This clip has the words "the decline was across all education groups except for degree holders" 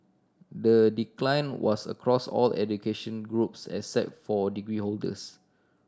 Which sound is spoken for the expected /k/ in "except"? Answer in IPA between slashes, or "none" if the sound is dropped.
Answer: none